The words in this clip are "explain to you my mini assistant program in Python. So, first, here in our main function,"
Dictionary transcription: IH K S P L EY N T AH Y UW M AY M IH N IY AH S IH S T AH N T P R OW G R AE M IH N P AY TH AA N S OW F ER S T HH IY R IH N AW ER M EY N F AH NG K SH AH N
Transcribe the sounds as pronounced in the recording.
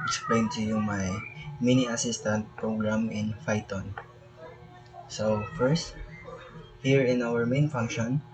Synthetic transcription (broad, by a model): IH K S P L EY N T AH Y UW M AY M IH N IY AH S IH S T AH N T P R OW G R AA M IH N F AY T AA N S OW F ER S T HH IY R IH N AW ER M EY N F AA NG K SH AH N